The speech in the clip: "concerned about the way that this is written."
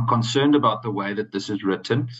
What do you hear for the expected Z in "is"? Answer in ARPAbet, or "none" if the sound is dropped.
Z